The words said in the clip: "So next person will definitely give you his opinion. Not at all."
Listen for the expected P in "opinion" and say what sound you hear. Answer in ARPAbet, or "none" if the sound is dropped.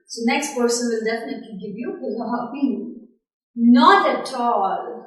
none